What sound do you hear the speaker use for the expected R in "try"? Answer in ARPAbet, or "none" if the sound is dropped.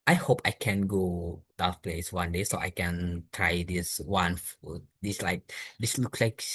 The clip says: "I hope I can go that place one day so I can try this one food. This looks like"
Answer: R